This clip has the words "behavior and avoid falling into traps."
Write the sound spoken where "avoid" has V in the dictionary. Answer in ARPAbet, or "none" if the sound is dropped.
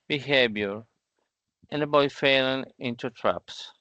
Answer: B